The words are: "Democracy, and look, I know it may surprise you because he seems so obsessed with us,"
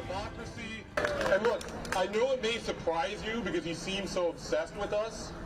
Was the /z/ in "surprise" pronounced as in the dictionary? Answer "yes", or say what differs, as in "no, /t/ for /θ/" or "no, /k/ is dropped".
yes